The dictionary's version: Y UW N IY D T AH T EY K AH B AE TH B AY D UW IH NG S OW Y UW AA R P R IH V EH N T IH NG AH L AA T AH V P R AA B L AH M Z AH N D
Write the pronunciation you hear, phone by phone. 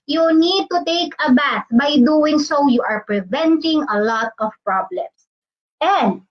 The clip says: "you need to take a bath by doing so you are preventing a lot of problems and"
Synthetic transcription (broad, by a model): Y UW N IY D T AH T EY K AH B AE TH B AY D UW IH NG S OW Y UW AA R P R IH V EH N T IH NG AH L AA T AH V P R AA B L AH M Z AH N D